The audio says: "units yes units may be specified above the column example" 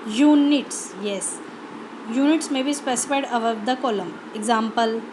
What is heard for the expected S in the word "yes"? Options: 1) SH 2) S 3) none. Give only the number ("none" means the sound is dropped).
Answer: 2